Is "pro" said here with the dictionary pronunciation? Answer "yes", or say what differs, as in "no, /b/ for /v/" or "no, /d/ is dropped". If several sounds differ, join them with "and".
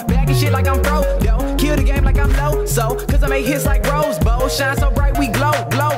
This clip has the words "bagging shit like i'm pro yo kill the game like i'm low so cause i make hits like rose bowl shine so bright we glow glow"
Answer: no, /b/ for /p/